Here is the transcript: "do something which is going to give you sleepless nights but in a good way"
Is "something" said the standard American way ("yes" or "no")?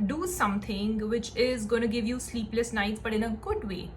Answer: no